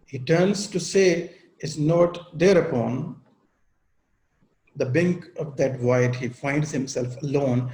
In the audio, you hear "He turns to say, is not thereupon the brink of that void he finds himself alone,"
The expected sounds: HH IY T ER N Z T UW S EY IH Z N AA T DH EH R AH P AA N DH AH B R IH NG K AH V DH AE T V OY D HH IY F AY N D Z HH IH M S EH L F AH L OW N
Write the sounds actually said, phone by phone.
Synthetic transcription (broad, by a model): HH IY T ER N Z T UW S EY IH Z N AA T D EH R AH P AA N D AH B IH NG K AH V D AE T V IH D HH IY F AY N D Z HH IH M S EH L F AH L OW N